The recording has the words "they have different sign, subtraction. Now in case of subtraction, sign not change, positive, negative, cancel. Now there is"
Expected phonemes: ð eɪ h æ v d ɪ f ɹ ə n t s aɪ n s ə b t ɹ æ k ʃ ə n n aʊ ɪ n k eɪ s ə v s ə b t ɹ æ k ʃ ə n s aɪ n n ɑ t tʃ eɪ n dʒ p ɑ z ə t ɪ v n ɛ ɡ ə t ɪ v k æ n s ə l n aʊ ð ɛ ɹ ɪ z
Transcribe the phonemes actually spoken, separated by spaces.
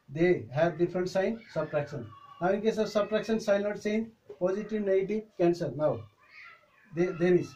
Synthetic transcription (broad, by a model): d eɪ h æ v d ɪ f ɹ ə n t s aɪ n s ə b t ɹ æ k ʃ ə n n aʊ ɪ n k eɪ s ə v s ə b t ɹ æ k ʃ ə n s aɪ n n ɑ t s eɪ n p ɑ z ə t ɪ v n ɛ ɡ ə t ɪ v k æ n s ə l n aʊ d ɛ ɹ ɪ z